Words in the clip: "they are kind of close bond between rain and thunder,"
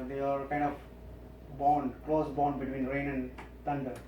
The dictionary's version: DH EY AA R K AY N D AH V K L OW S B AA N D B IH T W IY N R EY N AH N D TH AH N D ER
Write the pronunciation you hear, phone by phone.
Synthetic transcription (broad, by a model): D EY AA R K AY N D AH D K L OW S B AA N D B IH T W IY N R EY N AH N D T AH N D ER